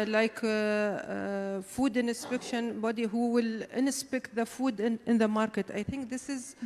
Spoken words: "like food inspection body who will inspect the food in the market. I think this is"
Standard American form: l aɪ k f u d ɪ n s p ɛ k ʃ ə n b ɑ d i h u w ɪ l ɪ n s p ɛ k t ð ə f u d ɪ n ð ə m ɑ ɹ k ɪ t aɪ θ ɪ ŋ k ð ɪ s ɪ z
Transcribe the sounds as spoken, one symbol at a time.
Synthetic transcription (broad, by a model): l aɪ k f u d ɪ n s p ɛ k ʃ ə n b ɑ d i h u w ɪ l ɪ n s p ɛ k t ð ə f u d ɪ n ð ə m ɑ ɹ k ɪ t aɪ θ ɪ ŋ k ð ɪ s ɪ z